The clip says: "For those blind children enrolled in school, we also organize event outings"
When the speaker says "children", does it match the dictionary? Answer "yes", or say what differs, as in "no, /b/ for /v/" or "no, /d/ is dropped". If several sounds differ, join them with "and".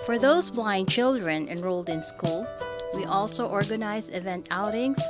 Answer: yes